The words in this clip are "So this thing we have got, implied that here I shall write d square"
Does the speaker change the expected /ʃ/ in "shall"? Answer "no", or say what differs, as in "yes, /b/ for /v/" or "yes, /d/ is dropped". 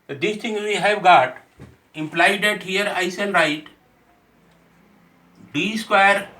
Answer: yes, /s/ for /ʃ/